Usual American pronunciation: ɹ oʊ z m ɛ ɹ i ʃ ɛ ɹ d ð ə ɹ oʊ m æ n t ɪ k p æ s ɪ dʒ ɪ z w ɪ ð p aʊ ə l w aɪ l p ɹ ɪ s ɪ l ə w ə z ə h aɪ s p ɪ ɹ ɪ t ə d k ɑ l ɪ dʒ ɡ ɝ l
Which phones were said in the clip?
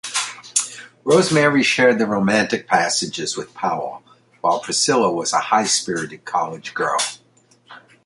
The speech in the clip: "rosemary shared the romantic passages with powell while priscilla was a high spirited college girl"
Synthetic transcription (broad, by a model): ɹ oʊ z m ɛ ɹ i ʃ ɛ ɹ d ð ə ɹ oʊ m æ n t ɪ k p æ s ɪ dʒ ɪ z w ɪ ð p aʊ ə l w aɪ l p ɹ ɪ s ɪ l ə w ə z ə h aɪ s p ɪ ɹ ɪ t ə d k ɑ l ɪ dʒ ɡ ɝ l